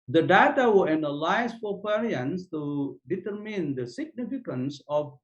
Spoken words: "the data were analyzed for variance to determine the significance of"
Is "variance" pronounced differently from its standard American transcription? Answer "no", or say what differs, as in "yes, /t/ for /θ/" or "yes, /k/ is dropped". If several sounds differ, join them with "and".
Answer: yes, /p/ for /v/